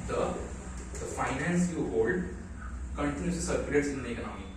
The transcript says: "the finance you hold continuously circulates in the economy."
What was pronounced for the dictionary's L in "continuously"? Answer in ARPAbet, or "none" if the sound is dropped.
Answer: none